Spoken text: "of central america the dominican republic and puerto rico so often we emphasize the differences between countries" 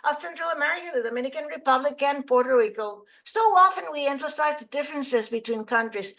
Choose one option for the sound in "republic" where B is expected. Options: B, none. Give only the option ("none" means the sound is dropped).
B